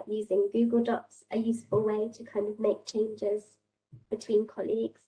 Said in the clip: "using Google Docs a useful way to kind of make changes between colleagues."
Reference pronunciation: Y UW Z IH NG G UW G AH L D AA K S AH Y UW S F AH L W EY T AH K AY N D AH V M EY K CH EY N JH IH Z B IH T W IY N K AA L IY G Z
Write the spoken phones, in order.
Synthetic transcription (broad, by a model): Y UW Z IH NG G UW G AH L D AA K S AH Y UW S F AH L W EY T AH K AY N D AH V M EY K CH EY N JH IH Z B IH T W IY N K AA L IY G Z